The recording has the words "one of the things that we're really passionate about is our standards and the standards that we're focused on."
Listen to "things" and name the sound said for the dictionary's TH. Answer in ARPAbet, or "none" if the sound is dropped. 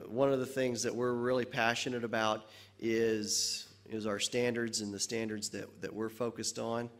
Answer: TH